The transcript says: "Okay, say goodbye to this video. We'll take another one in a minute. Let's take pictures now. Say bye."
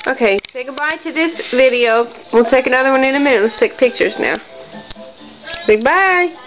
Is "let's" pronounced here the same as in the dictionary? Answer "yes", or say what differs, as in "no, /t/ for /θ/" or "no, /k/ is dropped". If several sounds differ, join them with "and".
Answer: yes